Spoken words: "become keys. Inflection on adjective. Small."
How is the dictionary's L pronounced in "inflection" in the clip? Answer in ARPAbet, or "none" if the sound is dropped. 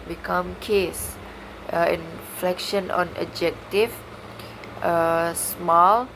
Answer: L